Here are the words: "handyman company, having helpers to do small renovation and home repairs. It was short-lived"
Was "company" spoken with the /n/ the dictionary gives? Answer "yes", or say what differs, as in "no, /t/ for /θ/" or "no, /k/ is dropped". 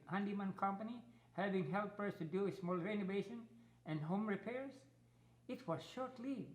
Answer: yes